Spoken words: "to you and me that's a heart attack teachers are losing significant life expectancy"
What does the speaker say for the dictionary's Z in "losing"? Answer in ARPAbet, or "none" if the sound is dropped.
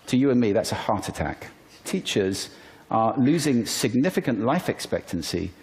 Z